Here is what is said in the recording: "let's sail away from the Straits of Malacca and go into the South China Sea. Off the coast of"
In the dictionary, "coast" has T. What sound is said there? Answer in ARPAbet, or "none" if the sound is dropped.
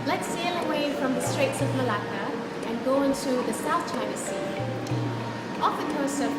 none